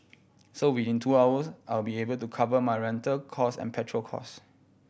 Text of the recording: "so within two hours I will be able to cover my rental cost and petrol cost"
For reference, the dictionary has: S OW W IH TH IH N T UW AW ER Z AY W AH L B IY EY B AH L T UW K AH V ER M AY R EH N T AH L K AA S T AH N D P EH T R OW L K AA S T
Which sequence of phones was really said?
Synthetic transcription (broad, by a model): S OW W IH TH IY N T UW AW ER S AY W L B IY EY B AH L T UW K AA V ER M AY R EH N T AH L K AA S AH N P EH T R OW L K AA S